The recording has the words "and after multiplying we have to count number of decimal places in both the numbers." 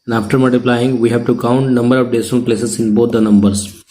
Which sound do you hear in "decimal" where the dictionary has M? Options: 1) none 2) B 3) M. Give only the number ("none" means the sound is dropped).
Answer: 1